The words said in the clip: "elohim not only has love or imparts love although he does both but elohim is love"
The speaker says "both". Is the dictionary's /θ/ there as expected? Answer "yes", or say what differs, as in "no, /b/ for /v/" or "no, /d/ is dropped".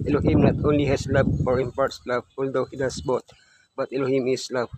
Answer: no, /t/ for /θ/